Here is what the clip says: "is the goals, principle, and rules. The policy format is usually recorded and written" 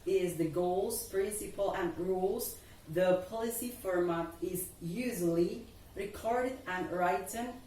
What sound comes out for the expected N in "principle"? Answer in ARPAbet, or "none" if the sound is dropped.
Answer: N